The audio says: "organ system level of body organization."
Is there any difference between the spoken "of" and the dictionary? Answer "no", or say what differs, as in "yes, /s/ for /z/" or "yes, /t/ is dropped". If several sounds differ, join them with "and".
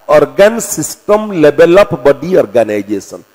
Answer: yes, /p/ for /v/